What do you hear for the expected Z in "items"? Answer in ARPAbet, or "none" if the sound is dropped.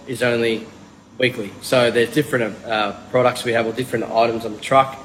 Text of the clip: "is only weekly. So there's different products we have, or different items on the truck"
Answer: Z